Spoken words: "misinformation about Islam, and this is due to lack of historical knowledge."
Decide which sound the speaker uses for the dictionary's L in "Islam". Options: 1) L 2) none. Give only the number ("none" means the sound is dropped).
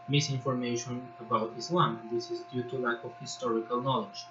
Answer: 1